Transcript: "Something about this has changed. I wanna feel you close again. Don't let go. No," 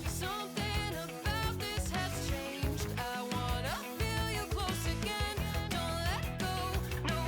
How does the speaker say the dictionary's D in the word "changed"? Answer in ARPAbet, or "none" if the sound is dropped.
D